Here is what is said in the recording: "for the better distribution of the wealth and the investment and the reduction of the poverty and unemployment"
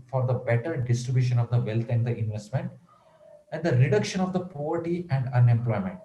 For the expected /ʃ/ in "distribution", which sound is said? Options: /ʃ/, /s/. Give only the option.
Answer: /ʃ/